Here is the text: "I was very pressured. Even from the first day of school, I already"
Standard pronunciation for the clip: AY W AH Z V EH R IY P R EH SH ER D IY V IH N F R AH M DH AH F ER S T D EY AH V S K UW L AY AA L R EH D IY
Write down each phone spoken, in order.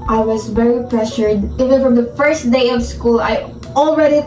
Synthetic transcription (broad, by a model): AY W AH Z V EH R IY P R EH SH ER D IY V IH N F R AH M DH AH F ER S T D EY AH V S K UW L AY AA L R EH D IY